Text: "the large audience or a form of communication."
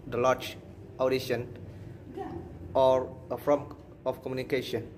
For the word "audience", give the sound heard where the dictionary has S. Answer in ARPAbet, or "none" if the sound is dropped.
none